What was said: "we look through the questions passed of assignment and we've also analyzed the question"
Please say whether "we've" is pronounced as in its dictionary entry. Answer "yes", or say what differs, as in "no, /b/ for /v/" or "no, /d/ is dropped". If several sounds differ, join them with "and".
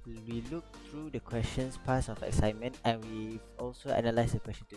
no, /v/ is dropped